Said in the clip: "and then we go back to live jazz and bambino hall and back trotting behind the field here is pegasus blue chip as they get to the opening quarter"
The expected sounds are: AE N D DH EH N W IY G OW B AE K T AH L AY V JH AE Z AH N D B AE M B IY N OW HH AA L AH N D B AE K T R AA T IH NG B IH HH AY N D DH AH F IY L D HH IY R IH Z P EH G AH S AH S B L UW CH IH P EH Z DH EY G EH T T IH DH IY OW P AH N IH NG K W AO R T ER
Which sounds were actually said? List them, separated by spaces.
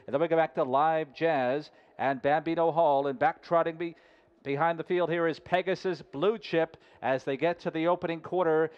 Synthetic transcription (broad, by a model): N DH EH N W IY G OW B AE K T AH L AY V JH AE Z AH N B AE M B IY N OW HH AA L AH N B AE K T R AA T IH NG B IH HH AY N DH AH F IY L D HH IY R IH Z P EH G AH S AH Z B L UW CH IH P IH Z DH EY G EH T T IH DH IY OW P AH N IH NG K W AO R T ER